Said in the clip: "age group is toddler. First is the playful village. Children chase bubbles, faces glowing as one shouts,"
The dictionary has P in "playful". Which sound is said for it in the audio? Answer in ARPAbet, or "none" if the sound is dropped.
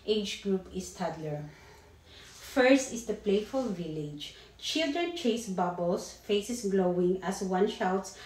P